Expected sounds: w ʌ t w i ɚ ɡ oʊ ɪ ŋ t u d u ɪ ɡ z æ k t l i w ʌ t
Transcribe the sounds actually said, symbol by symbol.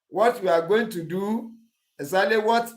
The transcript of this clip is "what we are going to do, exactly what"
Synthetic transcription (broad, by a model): w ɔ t w i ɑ ɡ oʊ ɪ ŋ t u d u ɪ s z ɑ t l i w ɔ t